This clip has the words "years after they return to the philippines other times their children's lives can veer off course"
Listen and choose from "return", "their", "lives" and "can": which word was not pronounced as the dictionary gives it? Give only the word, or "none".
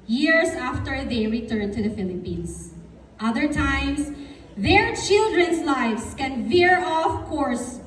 lives